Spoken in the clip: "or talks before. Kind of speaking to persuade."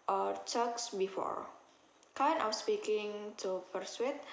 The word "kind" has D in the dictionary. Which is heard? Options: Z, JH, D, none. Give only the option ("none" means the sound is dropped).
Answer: none